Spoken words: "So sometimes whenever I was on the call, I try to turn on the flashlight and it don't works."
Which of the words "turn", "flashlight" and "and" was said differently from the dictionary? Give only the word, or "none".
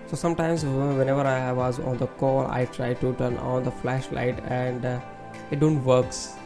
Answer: none